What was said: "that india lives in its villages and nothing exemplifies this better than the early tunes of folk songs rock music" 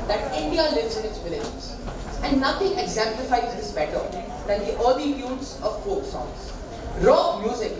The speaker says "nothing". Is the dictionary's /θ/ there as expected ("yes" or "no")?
no